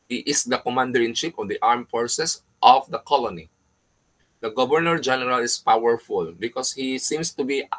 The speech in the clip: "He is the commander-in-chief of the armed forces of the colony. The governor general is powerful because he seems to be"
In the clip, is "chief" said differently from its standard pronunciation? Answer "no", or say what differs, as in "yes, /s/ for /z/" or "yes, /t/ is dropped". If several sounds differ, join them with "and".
yes, /ʃ/ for /tʃ/ and /p/ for /f/